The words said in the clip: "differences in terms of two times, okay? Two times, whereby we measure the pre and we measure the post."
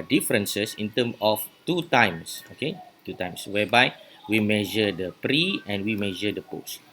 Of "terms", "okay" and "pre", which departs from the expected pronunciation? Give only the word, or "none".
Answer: terms